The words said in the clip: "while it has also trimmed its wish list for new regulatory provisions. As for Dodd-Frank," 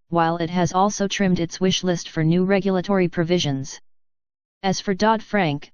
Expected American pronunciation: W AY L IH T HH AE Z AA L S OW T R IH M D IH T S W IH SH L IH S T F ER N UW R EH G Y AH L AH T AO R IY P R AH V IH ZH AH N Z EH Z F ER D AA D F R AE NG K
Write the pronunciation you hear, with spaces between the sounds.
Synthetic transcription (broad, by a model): W AY L IH T HH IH Z AA L S OW T R IH M D IH T S W IH SH L IH S T F ER N UW R EH G Y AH L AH T AO R IY P R AH V IH ZH AH N Z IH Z F ER D AA D F R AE NG K